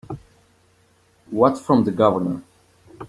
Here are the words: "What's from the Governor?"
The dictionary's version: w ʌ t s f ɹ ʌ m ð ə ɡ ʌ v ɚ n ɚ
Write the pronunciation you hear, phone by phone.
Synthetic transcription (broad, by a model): w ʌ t f ɹ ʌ m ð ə ɡ ʌ v ɚ n ɚ